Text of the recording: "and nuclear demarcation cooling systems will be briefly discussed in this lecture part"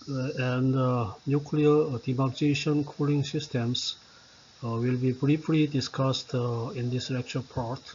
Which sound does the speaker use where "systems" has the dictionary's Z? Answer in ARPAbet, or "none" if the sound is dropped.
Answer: S